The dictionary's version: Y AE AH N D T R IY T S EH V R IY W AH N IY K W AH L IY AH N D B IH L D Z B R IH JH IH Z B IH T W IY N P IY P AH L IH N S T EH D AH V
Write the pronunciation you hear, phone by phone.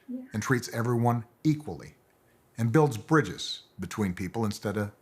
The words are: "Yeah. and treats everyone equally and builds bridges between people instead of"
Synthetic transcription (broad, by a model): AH N T R IY T S EH V R IY W AH N IY K W AH L IY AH N B IH L D Z B R IH JH IH Z B IH T W IY N P IY P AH L IH N S T EH D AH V